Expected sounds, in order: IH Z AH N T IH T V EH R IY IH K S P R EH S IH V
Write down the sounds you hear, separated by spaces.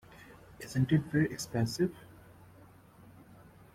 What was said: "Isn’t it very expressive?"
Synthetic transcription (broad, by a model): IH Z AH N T IH T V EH R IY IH K S P EH S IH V